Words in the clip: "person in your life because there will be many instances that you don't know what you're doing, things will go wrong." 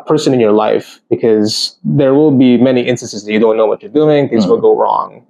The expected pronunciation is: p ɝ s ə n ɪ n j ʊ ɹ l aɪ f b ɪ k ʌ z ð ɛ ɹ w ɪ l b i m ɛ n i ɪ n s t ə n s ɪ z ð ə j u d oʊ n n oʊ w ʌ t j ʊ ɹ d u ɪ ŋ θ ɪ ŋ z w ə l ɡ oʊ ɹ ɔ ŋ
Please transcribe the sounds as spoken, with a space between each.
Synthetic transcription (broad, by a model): p ɝ s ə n ɪ n j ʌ ɹ l aɪ f b ɪ k ʌ z ð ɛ ɹ w ɪ l b i m ɛ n i ɪ n s t ə n s ɪ z ð ə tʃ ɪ d oʊ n n oʊ w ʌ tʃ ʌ ɹ d u ɪ ŋ θ ɪ ŋ z w ə l ɡ oʊ ɹ ɔ ŋ